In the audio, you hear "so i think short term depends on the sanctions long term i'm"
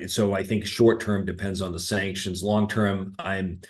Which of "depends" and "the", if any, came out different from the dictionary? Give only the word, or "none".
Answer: none